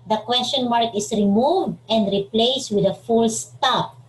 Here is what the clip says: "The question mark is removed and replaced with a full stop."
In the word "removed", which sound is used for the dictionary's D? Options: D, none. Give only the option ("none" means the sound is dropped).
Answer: D